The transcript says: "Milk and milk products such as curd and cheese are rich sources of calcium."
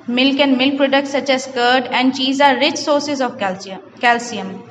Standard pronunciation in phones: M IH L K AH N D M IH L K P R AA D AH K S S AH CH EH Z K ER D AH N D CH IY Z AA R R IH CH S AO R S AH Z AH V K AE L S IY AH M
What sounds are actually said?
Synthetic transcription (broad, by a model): M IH L K AH N D M IH L K P R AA D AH K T S AH CH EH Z K ER D AH N D CH IY Z AA R R IH CH S AO R S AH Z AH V K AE L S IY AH M